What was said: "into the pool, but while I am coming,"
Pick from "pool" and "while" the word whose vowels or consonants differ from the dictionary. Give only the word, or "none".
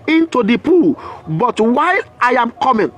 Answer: none